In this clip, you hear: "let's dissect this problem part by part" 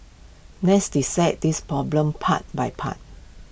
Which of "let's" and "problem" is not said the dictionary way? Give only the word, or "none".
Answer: let's